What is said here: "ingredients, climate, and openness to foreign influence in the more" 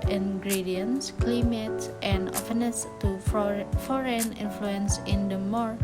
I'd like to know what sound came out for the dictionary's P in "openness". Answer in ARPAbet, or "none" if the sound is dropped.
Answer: F